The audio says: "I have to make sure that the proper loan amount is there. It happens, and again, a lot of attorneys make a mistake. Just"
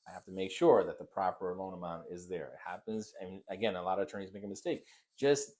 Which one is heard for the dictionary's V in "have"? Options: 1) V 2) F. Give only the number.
2